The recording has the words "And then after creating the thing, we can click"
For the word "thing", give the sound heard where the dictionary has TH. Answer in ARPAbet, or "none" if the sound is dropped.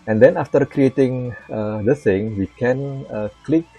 S